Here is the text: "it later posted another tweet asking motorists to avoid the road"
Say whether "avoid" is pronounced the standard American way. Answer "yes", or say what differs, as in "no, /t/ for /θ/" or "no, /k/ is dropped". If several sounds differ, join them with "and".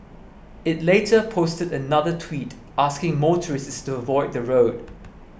yes